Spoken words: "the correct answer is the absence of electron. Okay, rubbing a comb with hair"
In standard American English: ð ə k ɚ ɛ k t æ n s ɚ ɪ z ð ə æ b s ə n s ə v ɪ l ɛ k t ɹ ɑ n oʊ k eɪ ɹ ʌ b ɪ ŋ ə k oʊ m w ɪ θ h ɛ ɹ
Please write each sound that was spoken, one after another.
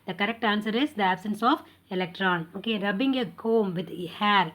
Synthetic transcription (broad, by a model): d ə k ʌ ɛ k t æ n s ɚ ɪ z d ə æ b s ə n s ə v ɪ l ɛ k t ɹ ɑ n oʊ k eɪ ɹ ʌ b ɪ ŋ ə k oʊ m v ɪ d h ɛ ɹ